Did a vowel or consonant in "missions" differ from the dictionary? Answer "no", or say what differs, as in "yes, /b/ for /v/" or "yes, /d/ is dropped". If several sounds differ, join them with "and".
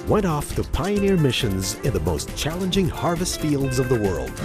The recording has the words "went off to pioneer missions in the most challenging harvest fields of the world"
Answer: no